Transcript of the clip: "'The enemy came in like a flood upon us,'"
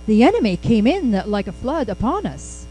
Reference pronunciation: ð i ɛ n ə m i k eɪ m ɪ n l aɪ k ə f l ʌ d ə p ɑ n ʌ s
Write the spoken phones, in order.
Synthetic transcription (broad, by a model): ð i ɛ n ə m i k eɪ m ɪ n l aɪ k ə f l ʌ d ə p ɑ n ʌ s